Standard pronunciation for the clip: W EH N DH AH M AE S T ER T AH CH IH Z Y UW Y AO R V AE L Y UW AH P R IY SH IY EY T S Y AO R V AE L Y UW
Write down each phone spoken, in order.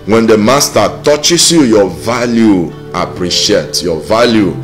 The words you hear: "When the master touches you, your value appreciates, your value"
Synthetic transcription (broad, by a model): W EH N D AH M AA S T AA T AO CH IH S Y UW Y AO V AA L Y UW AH P R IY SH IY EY T Y AO V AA L Y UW